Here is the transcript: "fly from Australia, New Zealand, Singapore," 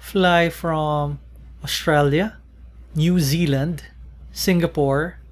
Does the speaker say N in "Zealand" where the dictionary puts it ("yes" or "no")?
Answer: yes